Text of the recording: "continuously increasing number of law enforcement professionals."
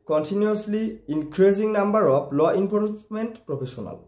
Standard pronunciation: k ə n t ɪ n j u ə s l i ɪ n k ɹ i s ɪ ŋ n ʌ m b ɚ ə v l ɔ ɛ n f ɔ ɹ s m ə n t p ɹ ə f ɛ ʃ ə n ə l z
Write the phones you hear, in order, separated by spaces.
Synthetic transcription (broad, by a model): k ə n t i n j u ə s l i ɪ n k ɹ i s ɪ ŋ n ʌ m b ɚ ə p l ɔ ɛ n p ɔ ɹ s m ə n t p ɹ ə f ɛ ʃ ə n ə l